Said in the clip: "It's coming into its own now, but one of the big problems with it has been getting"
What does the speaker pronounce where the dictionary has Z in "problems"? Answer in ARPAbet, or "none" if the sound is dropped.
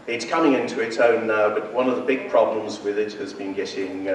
Z